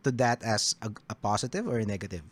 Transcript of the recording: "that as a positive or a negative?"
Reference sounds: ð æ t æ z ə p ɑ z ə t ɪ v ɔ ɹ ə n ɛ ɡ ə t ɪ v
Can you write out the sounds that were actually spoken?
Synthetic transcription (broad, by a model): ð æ t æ s ə p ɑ s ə t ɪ v ɔ ɹ n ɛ ɡ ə t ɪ v